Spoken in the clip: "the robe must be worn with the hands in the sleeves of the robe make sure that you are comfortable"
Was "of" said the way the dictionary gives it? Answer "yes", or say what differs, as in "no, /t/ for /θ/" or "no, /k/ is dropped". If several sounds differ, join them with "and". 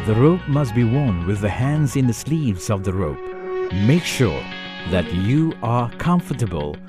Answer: yes